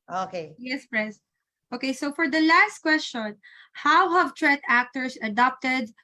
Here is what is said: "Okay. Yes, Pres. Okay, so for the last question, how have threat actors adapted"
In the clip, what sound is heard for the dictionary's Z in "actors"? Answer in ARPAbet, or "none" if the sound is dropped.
S